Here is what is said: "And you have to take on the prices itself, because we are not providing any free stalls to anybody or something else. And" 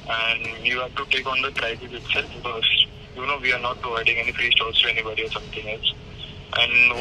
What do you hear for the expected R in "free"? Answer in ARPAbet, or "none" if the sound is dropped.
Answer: R